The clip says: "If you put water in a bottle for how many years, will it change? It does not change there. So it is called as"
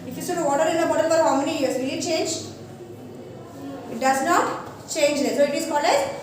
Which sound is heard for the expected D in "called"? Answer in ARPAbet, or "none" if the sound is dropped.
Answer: none